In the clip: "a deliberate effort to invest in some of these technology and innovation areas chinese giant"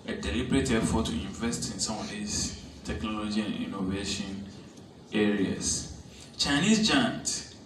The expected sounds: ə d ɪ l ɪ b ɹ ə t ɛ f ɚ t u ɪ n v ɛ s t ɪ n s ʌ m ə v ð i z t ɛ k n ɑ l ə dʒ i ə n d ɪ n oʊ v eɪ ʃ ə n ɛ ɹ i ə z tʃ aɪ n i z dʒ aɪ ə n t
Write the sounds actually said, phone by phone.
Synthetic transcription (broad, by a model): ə d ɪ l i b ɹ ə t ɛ f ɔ t u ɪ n v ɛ s t ɪ n s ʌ m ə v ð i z t ɛ k n ɑ l ə dʒ i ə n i n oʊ v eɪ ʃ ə n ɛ ɹ i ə s tʃ aɪ n i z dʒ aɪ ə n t